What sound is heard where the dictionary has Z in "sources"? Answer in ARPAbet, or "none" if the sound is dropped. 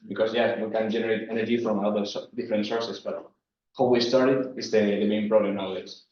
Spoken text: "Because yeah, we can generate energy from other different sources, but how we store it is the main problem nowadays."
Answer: S